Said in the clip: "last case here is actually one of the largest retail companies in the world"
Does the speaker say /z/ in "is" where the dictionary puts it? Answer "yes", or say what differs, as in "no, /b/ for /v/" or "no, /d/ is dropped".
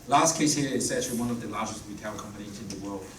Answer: no, /s/ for /z/